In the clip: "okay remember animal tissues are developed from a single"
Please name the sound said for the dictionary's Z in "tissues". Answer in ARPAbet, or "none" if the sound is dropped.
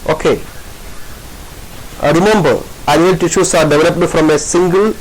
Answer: S